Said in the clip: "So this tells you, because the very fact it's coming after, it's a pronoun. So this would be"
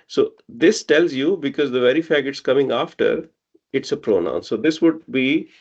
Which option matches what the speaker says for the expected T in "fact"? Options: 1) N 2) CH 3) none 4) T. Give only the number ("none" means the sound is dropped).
3